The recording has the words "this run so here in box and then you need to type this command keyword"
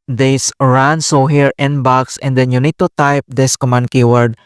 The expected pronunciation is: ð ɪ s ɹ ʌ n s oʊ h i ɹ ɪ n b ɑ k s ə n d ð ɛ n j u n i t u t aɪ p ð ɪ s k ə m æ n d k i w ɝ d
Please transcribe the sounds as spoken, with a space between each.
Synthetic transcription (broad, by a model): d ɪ s ɹ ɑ n s oʊ h i ɹ ɪ n b ɑ k s ə n d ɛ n j u n i t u t aɪ p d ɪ s k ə m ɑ n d k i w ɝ d